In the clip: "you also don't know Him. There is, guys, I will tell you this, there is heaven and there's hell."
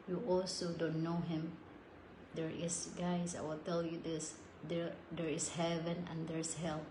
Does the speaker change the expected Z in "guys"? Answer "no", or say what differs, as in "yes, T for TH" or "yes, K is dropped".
yes, S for Z